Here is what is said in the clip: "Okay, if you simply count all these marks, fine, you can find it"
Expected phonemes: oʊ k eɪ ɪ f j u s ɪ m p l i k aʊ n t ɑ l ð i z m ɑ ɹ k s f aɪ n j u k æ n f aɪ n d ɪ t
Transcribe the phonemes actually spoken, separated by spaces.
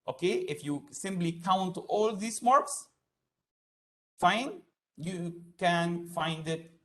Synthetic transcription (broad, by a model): oʊ k eɪ ɪ f j u s ɪ m p l i k aʊ n t ɑ l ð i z m ɑ ɹ k s f aɪ n j u k æ n f aɪ n d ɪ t